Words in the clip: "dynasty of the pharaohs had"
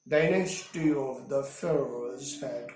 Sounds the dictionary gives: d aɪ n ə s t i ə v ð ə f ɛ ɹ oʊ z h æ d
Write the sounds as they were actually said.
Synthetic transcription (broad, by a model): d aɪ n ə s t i ə v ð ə f ɛ ɹ oʊ z h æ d